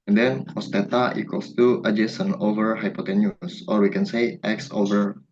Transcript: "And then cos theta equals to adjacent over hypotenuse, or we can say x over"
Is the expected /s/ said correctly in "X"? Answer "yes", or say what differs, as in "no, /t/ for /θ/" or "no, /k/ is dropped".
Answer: yes